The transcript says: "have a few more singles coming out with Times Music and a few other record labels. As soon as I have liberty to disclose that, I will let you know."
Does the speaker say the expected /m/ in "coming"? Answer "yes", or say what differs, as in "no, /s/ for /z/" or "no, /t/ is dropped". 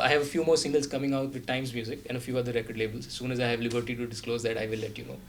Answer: yes